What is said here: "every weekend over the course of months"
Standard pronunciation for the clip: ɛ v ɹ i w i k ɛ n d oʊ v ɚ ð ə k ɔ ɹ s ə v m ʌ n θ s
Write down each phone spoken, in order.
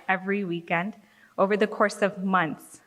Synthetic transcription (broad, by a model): ɛ v ɹ i w i k ɛ n d oʊ v ɚ ð ə k ɔ ɹ s ə v m ʌ n θ s